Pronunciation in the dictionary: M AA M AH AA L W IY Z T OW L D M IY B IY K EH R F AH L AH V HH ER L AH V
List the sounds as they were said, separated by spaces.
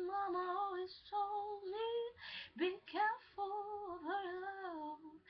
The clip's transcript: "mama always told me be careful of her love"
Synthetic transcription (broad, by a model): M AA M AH AA L W IY Z S OW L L IY B IY K EH R F AH L AH V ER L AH